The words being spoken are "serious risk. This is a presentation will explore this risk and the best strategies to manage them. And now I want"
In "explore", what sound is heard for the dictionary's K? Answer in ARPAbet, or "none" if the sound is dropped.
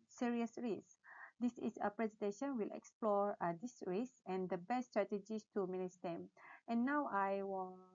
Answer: K